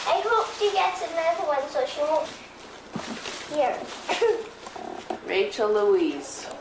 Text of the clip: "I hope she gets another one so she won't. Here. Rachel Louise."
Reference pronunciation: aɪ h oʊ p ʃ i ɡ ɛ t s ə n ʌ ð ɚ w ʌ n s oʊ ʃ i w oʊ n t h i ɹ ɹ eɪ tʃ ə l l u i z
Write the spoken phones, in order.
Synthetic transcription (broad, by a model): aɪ h oʊ p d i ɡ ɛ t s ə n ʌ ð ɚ w ʌ n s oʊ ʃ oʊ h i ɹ ɹ eɪ tʃ ə l l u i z